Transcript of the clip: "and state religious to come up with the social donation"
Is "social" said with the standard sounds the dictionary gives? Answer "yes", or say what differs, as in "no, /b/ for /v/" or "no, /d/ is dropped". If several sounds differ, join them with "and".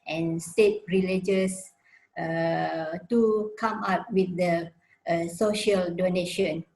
yes